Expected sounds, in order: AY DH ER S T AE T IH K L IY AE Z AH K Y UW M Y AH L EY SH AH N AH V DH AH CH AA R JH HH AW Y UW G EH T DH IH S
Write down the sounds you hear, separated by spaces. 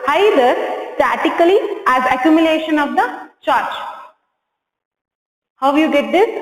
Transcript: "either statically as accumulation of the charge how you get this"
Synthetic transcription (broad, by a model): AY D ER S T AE T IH K L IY AE Z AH K Y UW M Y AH L EY SH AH N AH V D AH CH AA R CH HH AW Y UW G EH T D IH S